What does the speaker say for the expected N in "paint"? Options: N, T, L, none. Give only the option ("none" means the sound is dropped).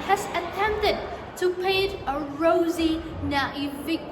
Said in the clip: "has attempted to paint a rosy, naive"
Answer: none